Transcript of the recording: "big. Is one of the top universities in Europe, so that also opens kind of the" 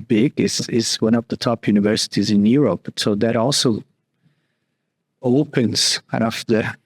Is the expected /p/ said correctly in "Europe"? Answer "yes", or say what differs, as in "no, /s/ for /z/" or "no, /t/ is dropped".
yes